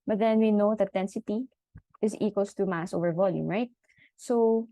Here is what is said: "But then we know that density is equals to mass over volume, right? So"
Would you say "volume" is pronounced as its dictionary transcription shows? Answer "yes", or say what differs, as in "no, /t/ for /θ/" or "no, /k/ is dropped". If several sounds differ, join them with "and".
yes